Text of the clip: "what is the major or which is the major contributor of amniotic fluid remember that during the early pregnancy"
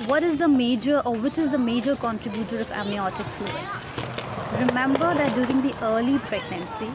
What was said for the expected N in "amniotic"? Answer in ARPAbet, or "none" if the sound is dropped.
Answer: none